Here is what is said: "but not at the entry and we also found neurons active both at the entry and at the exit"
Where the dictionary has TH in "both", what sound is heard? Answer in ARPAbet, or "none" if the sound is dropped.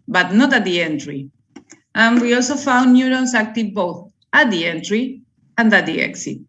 TH